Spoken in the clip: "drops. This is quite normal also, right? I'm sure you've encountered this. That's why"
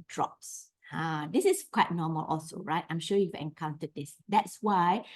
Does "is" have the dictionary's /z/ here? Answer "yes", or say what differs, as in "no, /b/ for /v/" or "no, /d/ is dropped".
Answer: no, /s/ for /z/